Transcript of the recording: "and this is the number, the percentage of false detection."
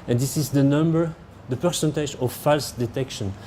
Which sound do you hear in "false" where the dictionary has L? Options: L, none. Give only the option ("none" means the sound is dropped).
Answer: L